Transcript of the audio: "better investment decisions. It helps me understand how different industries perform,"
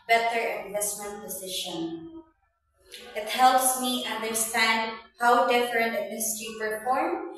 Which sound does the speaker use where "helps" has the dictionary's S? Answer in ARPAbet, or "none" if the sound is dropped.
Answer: S